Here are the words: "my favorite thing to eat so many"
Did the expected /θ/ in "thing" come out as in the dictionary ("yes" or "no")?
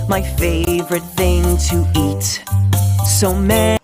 yes